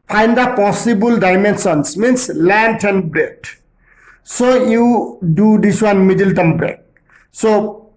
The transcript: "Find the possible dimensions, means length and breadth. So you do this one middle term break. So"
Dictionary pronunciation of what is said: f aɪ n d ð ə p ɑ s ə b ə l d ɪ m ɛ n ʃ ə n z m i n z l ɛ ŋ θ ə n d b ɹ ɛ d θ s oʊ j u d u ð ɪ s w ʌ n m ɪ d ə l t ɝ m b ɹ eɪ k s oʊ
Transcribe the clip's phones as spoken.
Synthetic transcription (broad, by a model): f aɪ n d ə p ɑ s ə b ə l d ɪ m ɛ n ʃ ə n s m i n s l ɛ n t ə n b ɹ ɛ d s oʊ j u d u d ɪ s w ʌ n m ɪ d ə l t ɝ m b ɹ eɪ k s oʊ